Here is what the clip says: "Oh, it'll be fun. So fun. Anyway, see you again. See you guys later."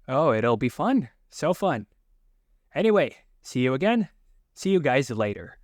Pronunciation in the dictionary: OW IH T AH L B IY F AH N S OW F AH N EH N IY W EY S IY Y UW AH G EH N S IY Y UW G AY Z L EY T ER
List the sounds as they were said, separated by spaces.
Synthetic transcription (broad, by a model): OW IH T L B IY F AH N S OW F AH N EH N IY W EY S IY Y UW AH G EH N S IY Y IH G AY Z L EY T ER